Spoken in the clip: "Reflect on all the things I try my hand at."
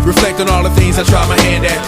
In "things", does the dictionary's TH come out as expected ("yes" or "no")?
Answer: yes